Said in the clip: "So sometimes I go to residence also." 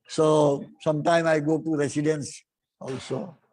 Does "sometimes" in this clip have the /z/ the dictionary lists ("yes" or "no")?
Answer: no